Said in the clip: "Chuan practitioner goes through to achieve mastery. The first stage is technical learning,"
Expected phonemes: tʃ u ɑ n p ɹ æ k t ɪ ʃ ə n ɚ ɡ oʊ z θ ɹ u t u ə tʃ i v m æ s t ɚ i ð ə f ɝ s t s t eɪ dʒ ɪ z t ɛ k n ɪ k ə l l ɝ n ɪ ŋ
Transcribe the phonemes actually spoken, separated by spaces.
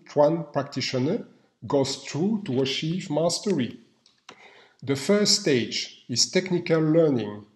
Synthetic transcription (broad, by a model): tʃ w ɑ n p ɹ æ k t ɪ ʃ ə n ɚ ɡ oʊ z t ɹ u t u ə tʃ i v m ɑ s t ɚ i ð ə f ɝ s t s t eɪ dʒ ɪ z t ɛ k n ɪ k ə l l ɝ n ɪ ŋ